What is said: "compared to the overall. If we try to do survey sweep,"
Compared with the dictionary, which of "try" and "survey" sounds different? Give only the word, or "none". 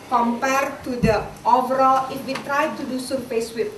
survey